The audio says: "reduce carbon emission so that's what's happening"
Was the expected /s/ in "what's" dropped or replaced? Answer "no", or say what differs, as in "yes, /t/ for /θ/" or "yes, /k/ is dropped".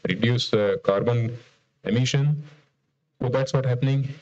yes, /s/ is dropped